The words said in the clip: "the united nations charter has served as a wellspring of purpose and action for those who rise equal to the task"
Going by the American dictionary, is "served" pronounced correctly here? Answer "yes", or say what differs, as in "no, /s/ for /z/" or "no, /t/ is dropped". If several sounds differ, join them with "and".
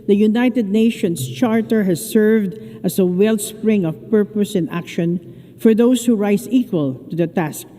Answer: yes